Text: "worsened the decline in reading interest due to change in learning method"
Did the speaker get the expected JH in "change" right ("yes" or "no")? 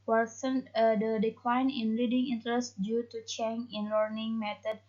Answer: no